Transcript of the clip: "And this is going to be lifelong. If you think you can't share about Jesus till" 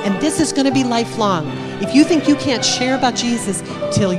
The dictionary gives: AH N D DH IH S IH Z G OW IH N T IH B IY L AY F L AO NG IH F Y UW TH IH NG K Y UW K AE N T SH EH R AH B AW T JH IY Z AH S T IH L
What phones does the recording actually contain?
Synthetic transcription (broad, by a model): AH N DH IH S IH Z G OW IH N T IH B IY L AY F L AO NG IH F Y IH TH IH NG K Y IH K AE N T SH EH R AH B AW T JH IY Z AH S T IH L